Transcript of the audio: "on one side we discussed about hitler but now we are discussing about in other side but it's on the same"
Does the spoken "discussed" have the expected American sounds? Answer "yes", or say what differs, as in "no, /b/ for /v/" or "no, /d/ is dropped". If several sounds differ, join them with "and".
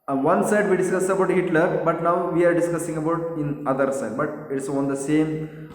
no, /t/ is dropped